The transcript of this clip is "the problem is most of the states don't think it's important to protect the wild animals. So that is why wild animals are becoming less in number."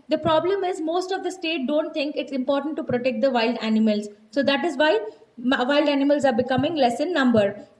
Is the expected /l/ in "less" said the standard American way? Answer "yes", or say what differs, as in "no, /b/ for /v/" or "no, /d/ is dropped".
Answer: yes